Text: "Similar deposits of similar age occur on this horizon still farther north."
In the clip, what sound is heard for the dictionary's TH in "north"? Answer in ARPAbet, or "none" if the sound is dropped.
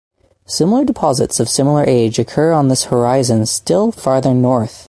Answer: TH